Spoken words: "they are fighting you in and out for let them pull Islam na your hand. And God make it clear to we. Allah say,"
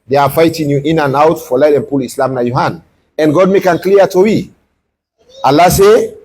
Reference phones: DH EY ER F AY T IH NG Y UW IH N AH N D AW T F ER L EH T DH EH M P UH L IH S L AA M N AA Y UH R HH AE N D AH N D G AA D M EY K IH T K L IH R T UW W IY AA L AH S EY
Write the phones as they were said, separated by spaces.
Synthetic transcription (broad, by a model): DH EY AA F AY T IH NG Y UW IH N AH N AW T F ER L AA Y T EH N P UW L IH S L AA M N AA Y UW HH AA N AH N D G AA D M EY K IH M K L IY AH T UW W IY AA L AH S EY